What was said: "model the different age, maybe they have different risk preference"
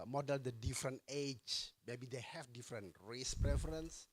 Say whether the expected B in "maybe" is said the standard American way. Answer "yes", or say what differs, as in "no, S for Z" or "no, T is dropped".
yes